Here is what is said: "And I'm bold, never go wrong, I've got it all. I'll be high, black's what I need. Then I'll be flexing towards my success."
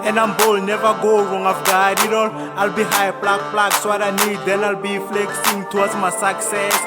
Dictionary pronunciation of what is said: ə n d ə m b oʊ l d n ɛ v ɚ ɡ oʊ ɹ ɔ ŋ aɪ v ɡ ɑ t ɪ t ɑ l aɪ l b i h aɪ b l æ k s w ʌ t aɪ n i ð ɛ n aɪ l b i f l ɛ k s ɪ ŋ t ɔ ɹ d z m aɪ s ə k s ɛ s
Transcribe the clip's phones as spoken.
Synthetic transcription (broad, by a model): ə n ə m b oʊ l n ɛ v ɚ ɡ oʊ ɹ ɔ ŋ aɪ f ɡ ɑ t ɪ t ɑ l aɪ l b i h aɪ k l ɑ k s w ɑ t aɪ n i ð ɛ n aɪ l b i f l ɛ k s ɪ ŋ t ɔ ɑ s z m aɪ s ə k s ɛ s